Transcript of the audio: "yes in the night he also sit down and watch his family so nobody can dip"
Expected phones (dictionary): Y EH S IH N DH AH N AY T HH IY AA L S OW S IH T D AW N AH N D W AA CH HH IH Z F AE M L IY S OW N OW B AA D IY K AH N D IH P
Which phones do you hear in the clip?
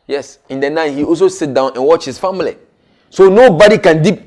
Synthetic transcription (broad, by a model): Y EH S IH N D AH N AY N HH IY AA L S OW S IH T D AW N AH N W AA CH HH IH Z F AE M L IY S OW N OW B AA D IY K AH N D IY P